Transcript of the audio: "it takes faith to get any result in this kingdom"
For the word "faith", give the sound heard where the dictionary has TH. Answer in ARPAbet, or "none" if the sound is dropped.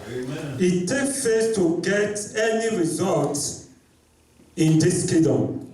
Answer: S